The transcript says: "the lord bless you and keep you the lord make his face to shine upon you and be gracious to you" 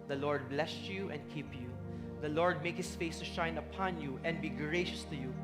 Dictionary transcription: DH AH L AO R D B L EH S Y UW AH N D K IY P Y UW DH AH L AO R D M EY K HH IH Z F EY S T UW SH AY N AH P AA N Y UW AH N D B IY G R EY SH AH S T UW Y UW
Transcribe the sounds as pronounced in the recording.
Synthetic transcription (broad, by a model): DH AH L AO R D B L EH S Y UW AH N D K IY P Y UW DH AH L AO R D M EY K HH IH S F EY S T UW SH AY N AH P AA N Y UW AH N D B IY G R EY SH AH S T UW Y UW